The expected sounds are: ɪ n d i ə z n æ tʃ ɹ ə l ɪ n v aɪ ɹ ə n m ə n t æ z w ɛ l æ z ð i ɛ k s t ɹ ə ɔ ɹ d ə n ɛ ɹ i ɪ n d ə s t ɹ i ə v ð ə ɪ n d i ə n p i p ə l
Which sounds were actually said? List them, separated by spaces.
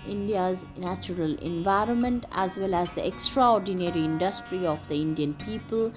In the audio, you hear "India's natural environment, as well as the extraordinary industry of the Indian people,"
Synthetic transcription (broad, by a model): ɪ n d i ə z n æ tʃ ɹ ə l ɪ n v aɪ ɹ ə n m ə n t æ z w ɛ l æ z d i ɛ k s t ɹ ə ɔ ɹ d ə n ɛ ɹ i ɪ n d ə s t ɹ i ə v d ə ɪ n d i ə n p i p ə l